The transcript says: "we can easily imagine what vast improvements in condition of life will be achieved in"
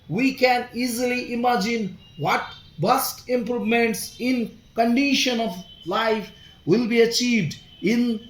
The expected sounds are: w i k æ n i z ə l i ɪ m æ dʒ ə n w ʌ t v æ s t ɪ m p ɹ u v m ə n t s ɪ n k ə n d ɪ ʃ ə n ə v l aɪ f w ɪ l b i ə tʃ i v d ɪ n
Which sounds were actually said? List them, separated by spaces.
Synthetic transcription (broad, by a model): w i k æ n i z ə l i ɪ m æ dʒ ə n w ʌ t b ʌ s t ɪ m p ɹ u v m ə n t s ɪ n k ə n d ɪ ʃ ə n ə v l aɪ f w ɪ l b i ə tʃ i v d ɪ n